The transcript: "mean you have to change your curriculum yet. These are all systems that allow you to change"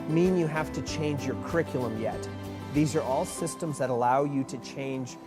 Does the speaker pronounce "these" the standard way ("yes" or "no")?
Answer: yes